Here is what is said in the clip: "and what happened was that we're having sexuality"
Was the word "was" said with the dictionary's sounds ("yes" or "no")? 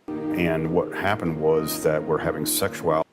yes